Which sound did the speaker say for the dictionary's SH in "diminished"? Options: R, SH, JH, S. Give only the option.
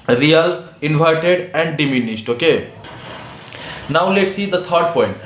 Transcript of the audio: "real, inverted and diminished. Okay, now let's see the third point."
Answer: S